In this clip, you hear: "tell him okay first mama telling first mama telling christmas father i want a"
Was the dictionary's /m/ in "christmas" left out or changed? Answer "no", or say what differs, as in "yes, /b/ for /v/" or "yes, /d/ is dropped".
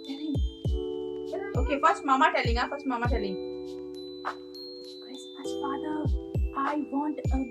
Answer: yes, /m/ is dropped